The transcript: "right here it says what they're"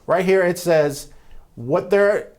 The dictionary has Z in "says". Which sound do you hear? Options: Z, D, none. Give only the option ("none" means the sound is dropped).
Z